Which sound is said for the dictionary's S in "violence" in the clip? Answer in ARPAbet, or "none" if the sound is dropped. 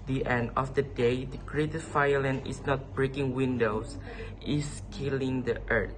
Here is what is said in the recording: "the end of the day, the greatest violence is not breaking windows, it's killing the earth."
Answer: none